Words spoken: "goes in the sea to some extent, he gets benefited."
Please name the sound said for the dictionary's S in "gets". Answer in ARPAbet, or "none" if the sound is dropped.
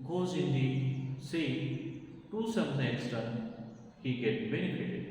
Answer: none